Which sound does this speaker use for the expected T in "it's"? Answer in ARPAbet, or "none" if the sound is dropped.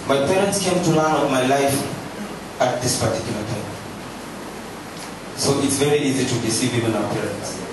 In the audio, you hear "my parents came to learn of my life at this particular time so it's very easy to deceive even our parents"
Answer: T